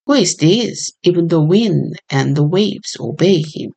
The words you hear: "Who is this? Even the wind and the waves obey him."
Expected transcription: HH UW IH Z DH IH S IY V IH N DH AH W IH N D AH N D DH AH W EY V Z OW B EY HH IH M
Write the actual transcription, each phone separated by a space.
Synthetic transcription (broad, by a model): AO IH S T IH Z IY V IH N DH AH W IH N D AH N DH AH W EY V Z OW B EY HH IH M